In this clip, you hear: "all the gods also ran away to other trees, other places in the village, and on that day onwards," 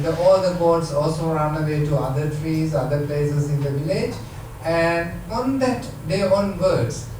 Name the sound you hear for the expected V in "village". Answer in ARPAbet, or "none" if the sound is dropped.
V